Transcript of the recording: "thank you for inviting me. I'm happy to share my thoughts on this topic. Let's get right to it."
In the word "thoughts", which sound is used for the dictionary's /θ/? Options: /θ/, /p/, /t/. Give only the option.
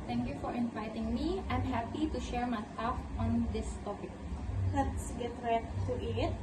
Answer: /t/